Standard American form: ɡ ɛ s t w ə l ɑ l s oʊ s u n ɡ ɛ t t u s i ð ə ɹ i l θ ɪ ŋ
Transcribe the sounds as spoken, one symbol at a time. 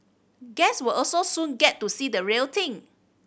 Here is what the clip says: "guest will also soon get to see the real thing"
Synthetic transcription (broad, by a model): ɡ ɛ s w ə l ɑ l s oʊ s u n ɡ ɛ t t u s i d ə ɹ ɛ l t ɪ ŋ